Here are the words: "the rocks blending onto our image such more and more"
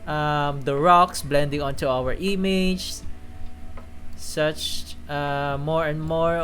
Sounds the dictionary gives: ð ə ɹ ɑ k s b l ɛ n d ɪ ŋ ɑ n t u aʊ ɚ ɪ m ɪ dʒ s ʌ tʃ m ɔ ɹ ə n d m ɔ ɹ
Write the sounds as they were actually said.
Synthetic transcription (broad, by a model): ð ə ɹ ɑ k s b l ɛ n d ɪ ŋ ɑ n t u aʊ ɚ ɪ m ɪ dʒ s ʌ tʃ m ɔ ɹ ə n d m ɔ ɹ